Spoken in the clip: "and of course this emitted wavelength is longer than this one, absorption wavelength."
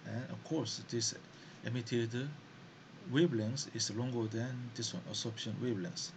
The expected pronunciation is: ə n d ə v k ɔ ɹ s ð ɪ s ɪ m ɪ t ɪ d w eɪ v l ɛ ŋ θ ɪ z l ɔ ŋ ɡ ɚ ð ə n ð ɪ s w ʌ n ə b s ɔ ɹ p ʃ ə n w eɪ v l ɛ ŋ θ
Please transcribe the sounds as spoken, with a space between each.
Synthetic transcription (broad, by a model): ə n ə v k ɔ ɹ s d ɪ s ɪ m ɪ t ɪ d w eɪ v l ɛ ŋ s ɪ s l ɔ ŋ ɡ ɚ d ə n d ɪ s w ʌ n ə s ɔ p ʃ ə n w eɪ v l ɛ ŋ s